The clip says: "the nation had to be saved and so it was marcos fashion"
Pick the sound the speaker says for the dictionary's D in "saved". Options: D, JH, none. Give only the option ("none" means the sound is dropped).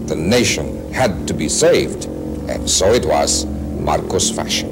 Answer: D